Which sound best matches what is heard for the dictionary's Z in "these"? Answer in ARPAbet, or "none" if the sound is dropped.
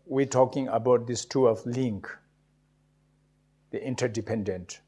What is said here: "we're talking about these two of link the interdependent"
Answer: S